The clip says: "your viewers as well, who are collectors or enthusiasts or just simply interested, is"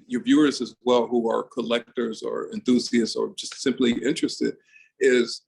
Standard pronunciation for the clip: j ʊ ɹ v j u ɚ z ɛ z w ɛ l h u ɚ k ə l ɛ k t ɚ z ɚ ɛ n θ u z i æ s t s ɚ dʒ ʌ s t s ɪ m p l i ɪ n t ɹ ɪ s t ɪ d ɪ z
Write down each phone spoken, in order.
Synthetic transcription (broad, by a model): j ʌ ɹ v j u ɚ z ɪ z w ɛ l h u ɚ k ə l ɛ k t ɚ z ɚ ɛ n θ u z i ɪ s s ɚ dʒ ʌ s t s ɪ m p l i ɪ n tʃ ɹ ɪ s t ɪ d ɪ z